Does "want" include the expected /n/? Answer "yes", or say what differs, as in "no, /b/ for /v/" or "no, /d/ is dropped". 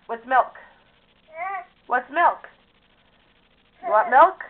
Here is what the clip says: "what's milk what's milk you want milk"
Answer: no, /n/ is dropped